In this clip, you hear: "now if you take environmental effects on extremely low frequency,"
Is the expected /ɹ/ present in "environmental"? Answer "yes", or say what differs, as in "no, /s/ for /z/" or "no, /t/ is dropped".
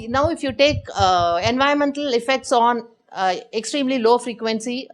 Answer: no, /ɹ/ is dropped